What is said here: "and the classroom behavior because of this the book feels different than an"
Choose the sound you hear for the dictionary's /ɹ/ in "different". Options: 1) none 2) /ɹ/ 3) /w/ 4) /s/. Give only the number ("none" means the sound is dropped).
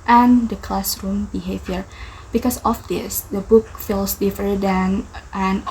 1